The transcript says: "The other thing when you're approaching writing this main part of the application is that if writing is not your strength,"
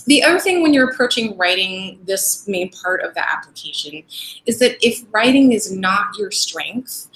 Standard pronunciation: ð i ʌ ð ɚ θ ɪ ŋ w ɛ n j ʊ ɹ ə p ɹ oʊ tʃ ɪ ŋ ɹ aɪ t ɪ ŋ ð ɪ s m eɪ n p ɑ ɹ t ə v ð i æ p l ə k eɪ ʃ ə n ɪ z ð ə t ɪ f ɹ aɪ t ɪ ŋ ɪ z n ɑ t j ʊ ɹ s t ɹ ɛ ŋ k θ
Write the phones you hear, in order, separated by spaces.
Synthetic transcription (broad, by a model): ð i ʌ ð ɚ θ ɪ ŋ w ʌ n j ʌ ɹ ə p ɹ oʊ tʃ ɪ ŋ ɹ aɪ t ɪ ŋ ð ɪ s m eɪ n p ɑ ɹ t ə v ð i æ p l ə k eɪ ʃ ə n ɪ z ð ə t ɪ f ɹ aɪ t ɪ ŋ ɪ z n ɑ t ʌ ɹ s t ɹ ɛ ŋ k θ